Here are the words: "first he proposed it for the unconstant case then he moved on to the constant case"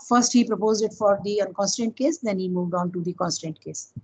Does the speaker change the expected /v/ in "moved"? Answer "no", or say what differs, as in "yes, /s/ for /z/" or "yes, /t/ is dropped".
no